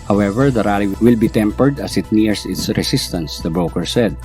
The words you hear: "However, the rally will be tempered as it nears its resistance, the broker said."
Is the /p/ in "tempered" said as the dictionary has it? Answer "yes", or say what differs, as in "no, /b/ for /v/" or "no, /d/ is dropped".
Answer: yes